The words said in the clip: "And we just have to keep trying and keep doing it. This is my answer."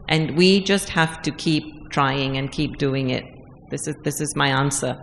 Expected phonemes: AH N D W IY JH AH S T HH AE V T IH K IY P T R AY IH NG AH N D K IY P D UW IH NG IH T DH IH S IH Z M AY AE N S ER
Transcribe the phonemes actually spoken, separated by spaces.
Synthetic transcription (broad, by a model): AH N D W IY JH AH S T HH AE F T IH K IY P T R AY IH NG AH N K IY P D UW IH NG IH T DH IH S IH Z M AY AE N S ER